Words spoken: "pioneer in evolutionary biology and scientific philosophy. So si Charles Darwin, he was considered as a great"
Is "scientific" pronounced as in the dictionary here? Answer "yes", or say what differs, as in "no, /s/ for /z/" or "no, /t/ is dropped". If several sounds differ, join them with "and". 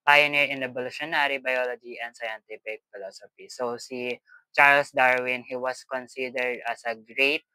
no, /p/ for /f/